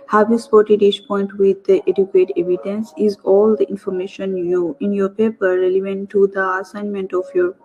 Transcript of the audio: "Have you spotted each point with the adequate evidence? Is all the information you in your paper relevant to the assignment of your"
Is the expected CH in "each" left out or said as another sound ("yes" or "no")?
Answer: yes